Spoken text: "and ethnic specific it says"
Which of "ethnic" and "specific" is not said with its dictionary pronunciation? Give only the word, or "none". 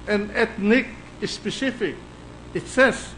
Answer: ethnic